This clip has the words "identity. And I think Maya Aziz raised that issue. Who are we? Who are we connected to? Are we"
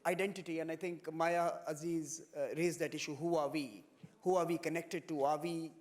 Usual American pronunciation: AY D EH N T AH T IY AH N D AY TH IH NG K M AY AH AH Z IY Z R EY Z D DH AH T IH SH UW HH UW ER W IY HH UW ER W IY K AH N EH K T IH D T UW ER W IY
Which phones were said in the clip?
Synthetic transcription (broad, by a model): AY D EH N T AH T IY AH N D AY T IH NG K M AY AH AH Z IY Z R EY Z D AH T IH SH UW HH UW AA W IY HH UW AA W IY K AH N EH K T IH D T UW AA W IY